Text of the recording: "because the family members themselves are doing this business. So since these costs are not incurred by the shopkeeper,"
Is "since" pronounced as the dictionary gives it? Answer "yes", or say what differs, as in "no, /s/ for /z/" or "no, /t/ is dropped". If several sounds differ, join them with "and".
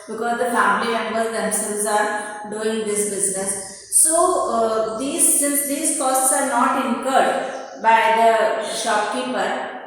no, /n/ is dropped